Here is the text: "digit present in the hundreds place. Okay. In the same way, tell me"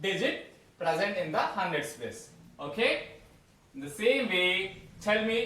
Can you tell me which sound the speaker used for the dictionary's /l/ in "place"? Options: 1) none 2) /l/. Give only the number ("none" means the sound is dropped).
1